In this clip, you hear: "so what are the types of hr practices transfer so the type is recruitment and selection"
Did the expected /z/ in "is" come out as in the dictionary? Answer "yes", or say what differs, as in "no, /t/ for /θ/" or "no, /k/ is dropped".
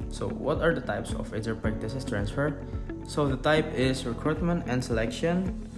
no, /s/ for /z/